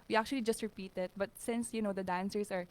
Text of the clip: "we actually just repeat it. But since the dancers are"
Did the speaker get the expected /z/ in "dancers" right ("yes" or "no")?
no